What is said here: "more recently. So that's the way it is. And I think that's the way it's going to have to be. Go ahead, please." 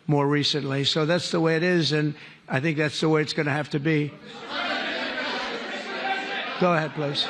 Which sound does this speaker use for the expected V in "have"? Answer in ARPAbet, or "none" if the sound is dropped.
F